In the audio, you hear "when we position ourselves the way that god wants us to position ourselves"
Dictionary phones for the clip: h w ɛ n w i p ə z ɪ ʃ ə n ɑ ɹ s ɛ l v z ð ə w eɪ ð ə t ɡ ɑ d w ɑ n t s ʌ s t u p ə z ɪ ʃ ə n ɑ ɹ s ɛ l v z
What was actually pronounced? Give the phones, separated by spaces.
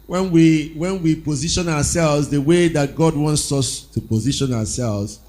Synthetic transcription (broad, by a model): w w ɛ n w i p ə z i ʃ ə n ɑ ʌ s ɛ l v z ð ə w eɪ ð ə t ɡ ɑ d w ɑ n t s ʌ s t u p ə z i ʃ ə n ɑ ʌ s ɛ l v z